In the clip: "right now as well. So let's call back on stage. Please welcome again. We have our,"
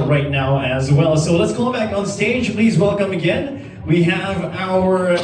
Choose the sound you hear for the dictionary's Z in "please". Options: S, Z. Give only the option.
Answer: Z